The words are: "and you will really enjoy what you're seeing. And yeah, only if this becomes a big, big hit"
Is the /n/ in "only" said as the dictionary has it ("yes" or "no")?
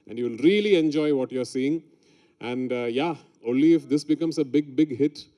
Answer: yes